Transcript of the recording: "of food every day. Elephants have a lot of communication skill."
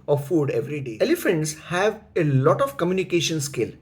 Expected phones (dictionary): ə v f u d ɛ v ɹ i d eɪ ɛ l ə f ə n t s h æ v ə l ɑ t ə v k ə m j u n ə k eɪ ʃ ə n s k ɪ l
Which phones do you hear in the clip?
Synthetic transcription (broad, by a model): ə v f u d ɛ v ɹ i d eɪ ɛ l ə f ə n t s h æ v ə l ɑ t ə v k ə m j u n ə k eɪ ʃ ə n s k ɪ l